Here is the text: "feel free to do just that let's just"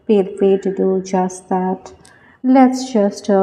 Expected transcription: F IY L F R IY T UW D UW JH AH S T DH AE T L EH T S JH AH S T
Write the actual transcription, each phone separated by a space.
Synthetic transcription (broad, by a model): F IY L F IY T UW D UW JH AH S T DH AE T L EH T S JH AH S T